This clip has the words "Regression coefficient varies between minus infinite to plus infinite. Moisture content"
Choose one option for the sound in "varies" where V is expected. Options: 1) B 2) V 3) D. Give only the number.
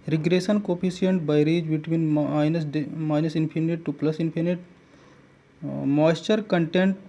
1